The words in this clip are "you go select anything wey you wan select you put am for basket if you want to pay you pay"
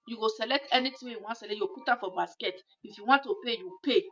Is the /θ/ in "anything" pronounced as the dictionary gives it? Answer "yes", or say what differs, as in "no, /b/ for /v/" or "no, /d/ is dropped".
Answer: no, /t/ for /θ/